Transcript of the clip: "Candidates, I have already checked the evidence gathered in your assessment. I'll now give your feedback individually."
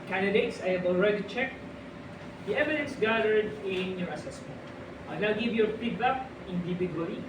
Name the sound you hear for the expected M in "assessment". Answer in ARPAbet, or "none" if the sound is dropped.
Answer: M